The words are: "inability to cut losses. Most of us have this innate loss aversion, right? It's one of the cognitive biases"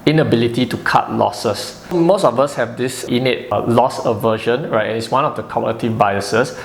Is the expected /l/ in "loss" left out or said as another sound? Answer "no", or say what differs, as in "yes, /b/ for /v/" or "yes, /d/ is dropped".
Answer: no